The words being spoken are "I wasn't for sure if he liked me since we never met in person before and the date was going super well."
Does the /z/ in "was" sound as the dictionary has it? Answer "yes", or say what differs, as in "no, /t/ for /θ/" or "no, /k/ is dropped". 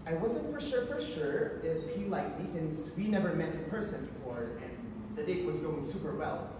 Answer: yes